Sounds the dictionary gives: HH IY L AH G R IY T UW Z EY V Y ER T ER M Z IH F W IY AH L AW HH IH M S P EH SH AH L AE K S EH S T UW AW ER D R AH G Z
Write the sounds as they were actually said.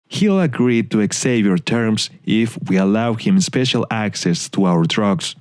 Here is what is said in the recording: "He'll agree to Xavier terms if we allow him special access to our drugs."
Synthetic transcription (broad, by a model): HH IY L AH G R IY T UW S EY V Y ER T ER M S IH F W IY AH L AW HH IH M S P EH SH AH L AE K S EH S T UW AW ER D R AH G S